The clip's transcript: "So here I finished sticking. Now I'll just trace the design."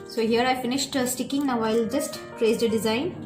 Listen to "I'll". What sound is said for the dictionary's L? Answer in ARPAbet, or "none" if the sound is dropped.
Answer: L